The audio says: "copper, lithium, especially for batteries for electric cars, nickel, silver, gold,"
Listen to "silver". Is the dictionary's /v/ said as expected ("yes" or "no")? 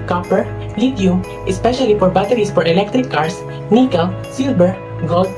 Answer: no